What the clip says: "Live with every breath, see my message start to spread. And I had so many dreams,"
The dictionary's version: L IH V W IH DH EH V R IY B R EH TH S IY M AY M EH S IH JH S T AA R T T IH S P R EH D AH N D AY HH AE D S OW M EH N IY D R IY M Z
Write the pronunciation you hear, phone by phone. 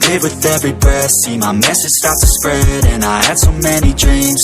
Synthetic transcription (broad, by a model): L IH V W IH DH EH V R IY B EH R S IY M AY M EH S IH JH S T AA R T T IH S P R EH D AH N AY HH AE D S OW M EH N IY D R IY M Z